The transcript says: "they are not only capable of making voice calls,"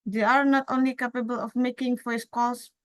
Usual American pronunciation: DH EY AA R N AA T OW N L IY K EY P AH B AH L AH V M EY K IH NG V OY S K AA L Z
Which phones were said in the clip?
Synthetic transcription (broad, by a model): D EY AA R N AA T OW N L IY K EY P AH B AH L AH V M EY K IH NG F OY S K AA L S